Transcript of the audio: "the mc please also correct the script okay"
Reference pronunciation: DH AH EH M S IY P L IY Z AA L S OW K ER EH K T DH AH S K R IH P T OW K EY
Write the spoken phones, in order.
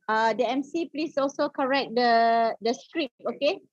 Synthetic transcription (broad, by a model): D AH EH M S IY P L IY S AA L S OW K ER EH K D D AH S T R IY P OW K EY